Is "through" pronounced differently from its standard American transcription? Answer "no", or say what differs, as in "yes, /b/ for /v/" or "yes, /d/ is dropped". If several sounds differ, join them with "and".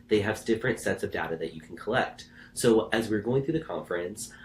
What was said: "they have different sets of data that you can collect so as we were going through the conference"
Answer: no